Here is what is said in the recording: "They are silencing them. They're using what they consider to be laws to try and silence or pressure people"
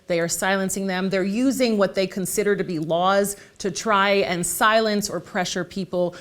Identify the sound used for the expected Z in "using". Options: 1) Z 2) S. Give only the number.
1